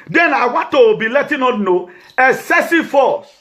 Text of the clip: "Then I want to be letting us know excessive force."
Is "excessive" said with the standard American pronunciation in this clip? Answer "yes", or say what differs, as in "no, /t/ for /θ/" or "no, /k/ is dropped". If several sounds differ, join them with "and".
no, /k/ is dropped